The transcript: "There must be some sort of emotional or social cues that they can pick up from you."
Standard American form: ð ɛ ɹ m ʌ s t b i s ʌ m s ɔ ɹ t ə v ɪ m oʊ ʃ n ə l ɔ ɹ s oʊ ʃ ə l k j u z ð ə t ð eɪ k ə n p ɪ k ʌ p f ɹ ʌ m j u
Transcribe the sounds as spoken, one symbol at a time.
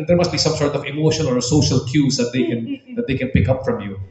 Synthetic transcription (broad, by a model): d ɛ ɹ m ʌ s t b i s ʌ m s ɔ ɹ t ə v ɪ m oʊ ʃ ə n ɔ ɹ s oʊ ʃ ə l k j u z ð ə t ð eɪ k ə n p ɪ k ʌ p f ɹ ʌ m j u